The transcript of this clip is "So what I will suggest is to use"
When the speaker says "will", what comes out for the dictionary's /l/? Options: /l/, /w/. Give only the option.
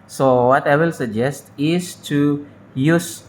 /l/